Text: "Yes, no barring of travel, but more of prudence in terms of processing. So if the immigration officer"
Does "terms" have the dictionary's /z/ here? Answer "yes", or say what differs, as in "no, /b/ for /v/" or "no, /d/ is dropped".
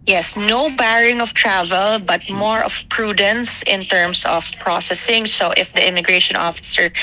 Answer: no, /s/ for /z/